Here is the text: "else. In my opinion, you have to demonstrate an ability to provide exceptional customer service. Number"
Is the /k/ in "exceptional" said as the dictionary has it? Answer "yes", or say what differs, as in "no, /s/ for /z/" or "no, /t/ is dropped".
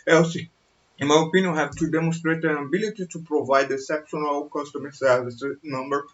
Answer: no, /k/ is dropped